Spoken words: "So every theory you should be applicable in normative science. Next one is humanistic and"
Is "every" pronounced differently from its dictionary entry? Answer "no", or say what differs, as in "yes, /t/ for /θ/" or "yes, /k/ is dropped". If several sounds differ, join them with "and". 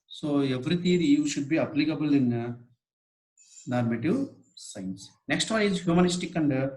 no